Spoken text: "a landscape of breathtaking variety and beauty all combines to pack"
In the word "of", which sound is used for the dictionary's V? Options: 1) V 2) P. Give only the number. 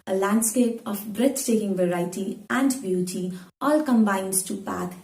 2